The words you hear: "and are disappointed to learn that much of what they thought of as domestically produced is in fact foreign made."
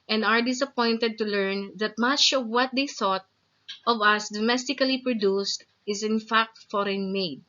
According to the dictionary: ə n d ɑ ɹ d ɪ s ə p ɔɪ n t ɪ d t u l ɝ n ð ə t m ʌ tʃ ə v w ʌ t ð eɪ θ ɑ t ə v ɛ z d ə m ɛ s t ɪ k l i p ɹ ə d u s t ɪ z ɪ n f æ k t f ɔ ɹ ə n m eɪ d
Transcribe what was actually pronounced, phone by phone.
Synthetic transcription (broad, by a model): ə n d ɑ ɹ d ɪ s ə p ɔɪ n t ɪ d t u l ɝ n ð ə t m ʌ tʃ ə v w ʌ t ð eɪ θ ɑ t ə v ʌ s d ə m ɛ s t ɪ k l i p ɹ ə d u s t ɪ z ɪ n f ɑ k t f ɔ ɹ ə n m eɪ d